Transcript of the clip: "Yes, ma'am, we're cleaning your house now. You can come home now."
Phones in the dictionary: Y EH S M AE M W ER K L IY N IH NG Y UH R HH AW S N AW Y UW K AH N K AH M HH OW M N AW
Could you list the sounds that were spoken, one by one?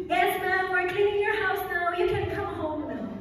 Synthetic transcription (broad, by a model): Y EH S M AE M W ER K IH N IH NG Y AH R HH AW S N AW Y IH K AH N K AH M HH OW M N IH